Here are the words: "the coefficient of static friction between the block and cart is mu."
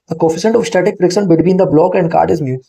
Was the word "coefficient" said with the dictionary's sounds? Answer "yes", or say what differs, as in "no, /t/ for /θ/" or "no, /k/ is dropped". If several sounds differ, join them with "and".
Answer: no, /s/ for /ʃ/